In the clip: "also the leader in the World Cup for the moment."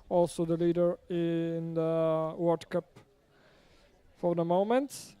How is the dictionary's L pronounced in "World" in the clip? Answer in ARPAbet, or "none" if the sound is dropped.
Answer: none